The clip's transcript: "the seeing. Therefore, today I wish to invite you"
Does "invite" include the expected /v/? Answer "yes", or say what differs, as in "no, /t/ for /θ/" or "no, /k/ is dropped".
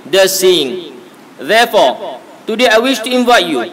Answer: yes